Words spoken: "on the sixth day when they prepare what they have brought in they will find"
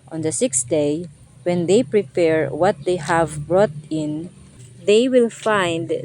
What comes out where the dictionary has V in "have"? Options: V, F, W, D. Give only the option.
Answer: V